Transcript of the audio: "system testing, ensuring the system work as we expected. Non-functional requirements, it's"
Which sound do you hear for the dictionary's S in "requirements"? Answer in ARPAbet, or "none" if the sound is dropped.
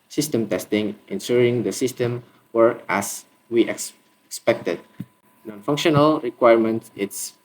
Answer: none